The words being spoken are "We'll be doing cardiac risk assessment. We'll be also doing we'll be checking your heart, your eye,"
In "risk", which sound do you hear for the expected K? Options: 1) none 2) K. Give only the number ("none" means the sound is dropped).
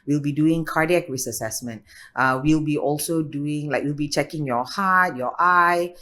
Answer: 1